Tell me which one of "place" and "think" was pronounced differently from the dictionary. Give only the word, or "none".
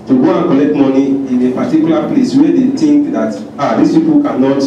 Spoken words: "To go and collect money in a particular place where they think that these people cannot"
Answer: think